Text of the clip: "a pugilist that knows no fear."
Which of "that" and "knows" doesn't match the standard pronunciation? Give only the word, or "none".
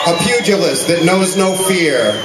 none